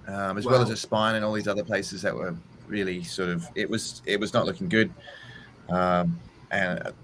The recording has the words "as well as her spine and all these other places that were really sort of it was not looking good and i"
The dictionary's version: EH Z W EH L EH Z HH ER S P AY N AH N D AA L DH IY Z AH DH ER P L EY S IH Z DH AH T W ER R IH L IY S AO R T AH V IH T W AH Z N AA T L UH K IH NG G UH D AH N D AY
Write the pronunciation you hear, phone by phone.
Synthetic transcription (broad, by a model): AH Z W EH L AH Z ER S P AY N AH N AA L DH IY Z AH DH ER P L EY S IH Z DH AH T W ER R IH L IY S AO R T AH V IH T W AH Z N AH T L UH K IH NG G UH D AH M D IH